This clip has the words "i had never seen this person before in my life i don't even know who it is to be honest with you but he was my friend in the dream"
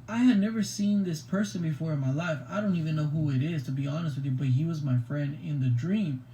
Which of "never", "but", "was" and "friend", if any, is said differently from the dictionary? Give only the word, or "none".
none